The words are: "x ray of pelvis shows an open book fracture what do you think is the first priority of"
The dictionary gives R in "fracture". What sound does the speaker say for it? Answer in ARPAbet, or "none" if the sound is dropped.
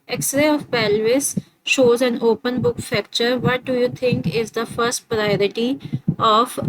none